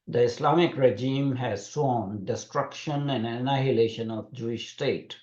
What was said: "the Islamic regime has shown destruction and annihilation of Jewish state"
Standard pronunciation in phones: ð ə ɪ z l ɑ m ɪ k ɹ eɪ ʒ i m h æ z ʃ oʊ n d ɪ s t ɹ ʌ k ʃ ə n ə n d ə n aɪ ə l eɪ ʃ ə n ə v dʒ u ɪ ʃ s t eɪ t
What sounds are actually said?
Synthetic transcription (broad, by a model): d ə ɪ s l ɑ m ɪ k ɹ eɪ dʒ i m h æ z s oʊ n d ɪ s t ɹ ʌ k ʃ ə n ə n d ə n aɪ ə l eɪ ʃ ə n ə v dʒ u ɪ ʃ s t eɪ t